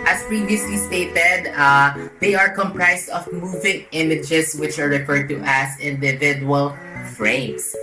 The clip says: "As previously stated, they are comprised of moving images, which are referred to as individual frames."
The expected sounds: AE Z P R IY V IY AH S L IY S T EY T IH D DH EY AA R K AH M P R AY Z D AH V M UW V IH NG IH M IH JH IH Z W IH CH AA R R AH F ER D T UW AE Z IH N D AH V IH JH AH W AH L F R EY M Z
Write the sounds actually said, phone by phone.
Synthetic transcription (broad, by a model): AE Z P R IY V IY AH S L IY S T EY T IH D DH EY AA R K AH M P R AY S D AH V M UW V IH NG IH M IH JH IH S W IH CH AA R R AH F ER D T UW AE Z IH N D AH V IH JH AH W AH L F R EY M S